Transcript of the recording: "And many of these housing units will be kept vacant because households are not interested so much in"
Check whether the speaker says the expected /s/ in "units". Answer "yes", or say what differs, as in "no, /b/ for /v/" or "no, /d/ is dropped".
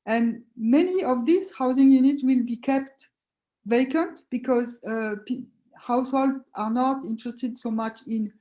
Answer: no, /s/ is dropped